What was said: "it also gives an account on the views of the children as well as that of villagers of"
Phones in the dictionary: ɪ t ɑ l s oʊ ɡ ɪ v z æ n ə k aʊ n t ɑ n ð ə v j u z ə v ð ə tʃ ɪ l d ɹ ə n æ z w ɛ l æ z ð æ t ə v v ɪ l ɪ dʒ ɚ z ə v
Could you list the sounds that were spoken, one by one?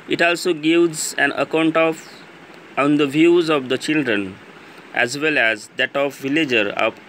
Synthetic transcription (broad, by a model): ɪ t ɑ l s oʊ ɡ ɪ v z æ n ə k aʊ n t ɑ n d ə v j u z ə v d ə tʃ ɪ l d ɹ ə n æ z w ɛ l æ z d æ t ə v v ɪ l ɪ dʒ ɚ ə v